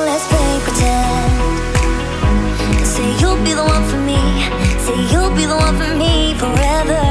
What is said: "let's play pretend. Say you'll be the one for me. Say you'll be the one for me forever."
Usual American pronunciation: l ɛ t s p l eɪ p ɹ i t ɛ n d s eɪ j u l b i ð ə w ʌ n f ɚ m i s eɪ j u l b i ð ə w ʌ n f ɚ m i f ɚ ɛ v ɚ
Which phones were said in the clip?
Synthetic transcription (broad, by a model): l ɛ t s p eɪ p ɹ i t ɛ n s eɪ j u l b i ð ə w ʌ n f ɚ m i s eɪ j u l b i ð ə w ʌ n f ɚ m i f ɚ ɛ v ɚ